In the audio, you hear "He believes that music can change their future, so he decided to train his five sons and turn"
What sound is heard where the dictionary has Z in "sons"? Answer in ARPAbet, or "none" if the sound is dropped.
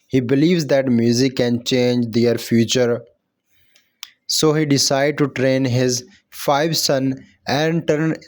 none